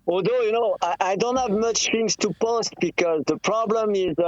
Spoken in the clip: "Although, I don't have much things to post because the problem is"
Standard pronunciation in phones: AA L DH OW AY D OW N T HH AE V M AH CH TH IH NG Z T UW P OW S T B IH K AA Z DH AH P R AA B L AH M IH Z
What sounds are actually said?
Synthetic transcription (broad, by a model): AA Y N OW AY D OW N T HH AE V M AH CH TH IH NG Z T UW P OW S T B IH K AA Z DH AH P R AA B L AH M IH Z